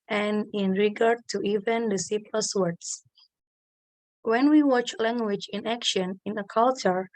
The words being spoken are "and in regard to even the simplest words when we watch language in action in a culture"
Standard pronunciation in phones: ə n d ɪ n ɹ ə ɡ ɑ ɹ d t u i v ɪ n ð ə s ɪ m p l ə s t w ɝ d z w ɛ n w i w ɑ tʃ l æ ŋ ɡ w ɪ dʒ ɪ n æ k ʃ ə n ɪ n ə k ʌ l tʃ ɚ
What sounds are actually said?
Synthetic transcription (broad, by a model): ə n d ɪ n ɹ ə ɡ ɑ ɹ d t u i v ɪ n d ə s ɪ p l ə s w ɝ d s w ɛ n w i w ɑ tʃ l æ ŋ ɡ w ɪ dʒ ɪ n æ k ʃ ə n ɪ n ə k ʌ l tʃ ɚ